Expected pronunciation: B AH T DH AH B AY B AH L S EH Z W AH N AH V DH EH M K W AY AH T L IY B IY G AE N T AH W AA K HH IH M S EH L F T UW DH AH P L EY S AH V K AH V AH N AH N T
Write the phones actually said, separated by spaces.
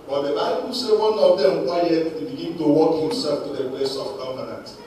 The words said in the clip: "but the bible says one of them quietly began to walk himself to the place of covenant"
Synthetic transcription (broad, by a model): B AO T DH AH B AY B AH L S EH W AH N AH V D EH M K W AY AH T W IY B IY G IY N T AH W AA K HH IH M S EH L F T UW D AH P L EY S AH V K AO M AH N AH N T